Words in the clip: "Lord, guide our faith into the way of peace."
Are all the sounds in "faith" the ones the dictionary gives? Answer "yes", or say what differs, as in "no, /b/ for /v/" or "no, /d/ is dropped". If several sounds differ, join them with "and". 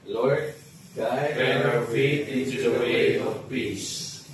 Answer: no, /t/ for /θ/